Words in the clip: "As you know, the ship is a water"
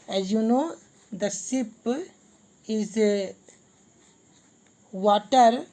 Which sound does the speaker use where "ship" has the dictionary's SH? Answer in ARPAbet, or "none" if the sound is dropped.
S